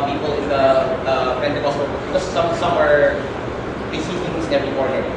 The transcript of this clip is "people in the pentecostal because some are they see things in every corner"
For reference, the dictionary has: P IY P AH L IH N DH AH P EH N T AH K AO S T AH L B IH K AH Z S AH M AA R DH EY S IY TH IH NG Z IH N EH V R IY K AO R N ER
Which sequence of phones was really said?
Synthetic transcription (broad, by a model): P IY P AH L IH N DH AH P EH N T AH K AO S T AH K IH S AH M S AH M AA R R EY S IY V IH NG IH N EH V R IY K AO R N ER